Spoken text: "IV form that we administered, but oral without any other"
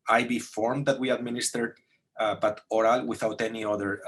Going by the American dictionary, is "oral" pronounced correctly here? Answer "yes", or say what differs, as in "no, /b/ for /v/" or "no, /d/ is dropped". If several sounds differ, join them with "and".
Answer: yes